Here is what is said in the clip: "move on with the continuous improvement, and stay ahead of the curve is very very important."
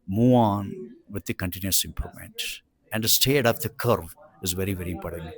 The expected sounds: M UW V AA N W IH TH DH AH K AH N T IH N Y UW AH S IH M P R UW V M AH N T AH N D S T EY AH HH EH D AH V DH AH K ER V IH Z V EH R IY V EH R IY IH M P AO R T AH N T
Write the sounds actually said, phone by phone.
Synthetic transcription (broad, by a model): M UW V AA N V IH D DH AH K AH N T IH N Y UW AH S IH M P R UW M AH N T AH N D S T EY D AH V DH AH K ER V IH Z V EH R IY V EH R IY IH M P AO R T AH N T